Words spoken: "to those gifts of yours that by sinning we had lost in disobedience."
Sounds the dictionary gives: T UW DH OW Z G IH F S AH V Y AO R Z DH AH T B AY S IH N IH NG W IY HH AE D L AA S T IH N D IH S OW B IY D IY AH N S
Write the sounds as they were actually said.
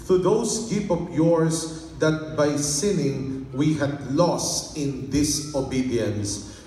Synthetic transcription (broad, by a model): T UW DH OW S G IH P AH P Y AO R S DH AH T B AY S IH N IH NG W IY HH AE D L AA S T IH N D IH S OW B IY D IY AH N S